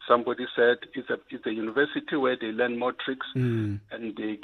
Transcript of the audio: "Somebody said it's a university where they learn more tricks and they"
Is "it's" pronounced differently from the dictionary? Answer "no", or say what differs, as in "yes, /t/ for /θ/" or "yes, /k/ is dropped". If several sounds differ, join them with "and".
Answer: yes, /s/ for /t/